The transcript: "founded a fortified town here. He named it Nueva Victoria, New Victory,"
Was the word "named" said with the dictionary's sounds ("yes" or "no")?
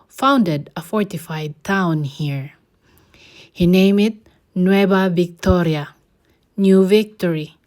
no